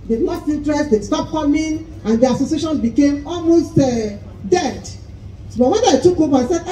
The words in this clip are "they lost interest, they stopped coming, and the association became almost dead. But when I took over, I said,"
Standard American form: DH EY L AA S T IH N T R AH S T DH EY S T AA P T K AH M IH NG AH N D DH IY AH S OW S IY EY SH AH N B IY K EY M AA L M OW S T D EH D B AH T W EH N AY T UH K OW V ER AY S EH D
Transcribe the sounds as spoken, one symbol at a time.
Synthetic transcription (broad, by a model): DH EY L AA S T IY N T R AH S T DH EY S T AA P K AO M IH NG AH N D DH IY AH S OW S IY EY SH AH N B IY K EY M AA L M OW S T D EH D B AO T W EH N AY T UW K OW B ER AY S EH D